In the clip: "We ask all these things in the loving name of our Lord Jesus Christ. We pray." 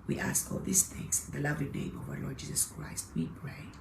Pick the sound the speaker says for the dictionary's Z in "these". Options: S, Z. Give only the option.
S